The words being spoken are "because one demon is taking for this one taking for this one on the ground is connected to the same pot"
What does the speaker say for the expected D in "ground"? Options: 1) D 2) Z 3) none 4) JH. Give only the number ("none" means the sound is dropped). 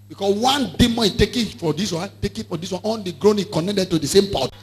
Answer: 3